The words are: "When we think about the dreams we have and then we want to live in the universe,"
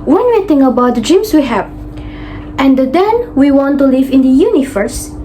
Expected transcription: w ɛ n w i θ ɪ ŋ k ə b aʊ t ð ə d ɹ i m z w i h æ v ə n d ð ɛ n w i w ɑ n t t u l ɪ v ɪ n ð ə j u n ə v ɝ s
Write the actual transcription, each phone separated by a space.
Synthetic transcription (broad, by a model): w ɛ n w i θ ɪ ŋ ə b aʊ t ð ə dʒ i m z w i h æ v ə n d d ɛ n w i w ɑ n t t u l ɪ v ɪ n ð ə j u n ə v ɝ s